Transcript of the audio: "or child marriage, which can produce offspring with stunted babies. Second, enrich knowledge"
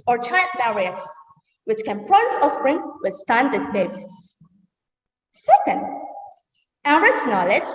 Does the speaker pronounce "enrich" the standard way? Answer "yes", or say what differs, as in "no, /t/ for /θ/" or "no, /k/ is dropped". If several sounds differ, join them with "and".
no, /n/ is dropped and /s/ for /tʃ/